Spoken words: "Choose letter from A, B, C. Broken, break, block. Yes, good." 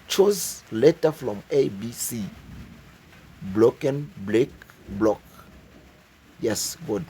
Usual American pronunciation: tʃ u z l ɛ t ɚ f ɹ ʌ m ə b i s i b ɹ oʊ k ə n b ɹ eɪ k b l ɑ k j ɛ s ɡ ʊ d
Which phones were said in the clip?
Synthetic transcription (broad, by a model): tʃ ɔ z l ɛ t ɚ f ɹ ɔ m ə b i s i b l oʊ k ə n b l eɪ k b l ɑ k j ɛ s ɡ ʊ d